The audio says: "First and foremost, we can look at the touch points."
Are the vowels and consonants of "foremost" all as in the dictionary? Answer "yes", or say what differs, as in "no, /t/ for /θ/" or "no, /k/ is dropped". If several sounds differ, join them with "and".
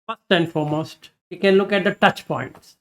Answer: yes